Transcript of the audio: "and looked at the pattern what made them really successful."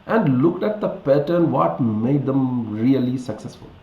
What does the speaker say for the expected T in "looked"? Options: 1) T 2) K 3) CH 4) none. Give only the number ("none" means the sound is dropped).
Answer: 1